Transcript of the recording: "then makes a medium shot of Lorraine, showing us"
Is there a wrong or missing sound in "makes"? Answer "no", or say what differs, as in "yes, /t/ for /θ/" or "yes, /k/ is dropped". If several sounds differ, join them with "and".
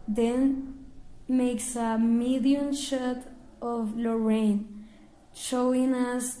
no